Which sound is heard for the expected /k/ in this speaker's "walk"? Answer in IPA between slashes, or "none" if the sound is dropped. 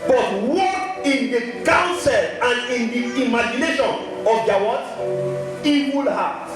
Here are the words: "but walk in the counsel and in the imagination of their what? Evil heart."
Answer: none